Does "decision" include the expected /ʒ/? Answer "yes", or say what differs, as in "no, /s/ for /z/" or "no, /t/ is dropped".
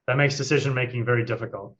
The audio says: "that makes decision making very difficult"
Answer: yes